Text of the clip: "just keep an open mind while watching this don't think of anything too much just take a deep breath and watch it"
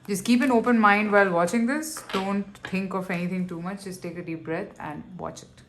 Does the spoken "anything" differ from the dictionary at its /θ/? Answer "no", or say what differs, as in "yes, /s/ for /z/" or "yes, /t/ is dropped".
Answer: yes, /t/ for /θ/